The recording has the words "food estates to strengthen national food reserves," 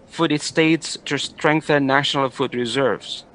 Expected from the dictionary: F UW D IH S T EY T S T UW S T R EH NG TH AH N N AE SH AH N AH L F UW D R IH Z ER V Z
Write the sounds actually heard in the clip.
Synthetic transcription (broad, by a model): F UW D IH S T EY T S T UW S T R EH NG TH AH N N AE SH AH N AH L F UW D R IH Z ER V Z